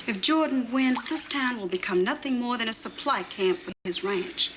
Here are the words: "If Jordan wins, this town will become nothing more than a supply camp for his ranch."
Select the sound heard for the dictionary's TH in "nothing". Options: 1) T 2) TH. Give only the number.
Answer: 2